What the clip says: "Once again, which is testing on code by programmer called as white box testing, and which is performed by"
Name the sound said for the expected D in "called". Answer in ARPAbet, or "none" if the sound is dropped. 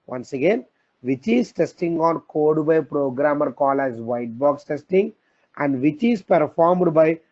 none